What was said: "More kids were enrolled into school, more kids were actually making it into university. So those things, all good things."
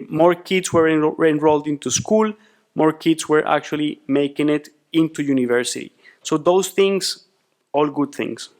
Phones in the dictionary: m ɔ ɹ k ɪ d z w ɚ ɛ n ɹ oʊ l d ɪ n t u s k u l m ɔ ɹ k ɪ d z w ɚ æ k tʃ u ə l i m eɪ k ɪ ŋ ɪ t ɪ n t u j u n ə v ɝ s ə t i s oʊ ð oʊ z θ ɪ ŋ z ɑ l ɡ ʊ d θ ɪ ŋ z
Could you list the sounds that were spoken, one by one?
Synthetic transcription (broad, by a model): m ɔ ɹ k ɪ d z w ɚ ɛ n ɹ oʊ l d ɪ n t u s k u l m ɔ ɹ k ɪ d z w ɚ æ k tʃ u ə l i m eɪ k ɪ ŋ ɪ t ɪ n t u j u n ə v ɝ s ə t i s oʊ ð oʊ s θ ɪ ŋ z ɑ l ɡ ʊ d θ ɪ ŋ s